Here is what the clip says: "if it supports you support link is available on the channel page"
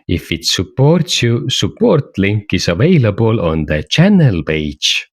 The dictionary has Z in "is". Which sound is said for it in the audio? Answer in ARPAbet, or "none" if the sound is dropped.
S